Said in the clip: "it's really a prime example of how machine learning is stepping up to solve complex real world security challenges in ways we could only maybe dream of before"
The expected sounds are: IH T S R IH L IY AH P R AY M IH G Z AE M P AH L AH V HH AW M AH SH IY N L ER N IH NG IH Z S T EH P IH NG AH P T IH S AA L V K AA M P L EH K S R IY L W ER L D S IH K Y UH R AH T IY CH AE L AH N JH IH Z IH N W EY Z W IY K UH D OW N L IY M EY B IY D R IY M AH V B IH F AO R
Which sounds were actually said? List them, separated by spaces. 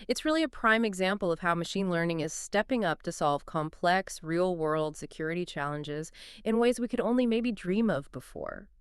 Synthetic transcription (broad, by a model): IH T S R IH L IY AH P R AY M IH G Z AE M P L AH V HH AW M AH SH IY N L ER N IH NG IH Z S T EH P IH NG AH P T IH S AA L V K AA M P L EH K S R IY L W ER L D S IH K Y UH R AH T IY CH AE L AH N JH IH Z IH N W EY Z W IY K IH D OW N L IY M EY B IY D R IY M AH V B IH F AO R